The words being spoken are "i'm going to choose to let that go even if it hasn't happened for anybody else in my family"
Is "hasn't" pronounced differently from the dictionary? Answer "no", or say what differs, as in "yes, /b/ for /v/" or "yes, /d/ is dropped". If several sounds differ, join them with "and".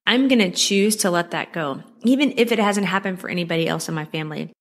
no